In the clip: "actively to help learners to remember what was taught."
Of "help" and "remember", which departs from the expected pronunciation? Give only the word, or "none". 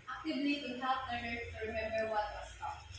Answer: help